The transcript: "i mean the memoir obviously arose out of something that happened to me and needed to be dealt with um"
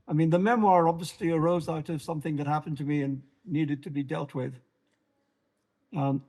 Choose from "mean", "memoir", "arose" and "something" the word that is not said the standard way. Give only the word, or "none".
none